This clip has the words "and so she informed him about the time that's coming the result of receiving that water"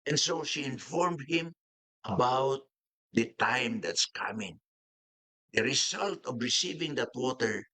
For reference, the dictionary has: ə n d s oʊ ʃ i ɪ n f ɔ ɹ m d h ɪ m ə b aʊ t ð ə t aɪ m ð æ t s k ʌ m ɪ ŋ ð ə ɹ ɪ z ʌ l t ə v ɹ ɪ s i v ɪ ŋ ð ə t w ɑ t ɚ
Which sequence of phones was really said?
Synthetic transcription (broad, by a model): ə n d s oʊ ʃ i ɪ n f ɔ ɹ m d h ɪ m ə b aʊ t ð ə t aɪ m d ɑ t s k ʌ m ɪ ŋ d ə ɹ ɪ s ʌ l t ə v ɹ ɪ s i v ɪ ŋ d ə t w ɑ t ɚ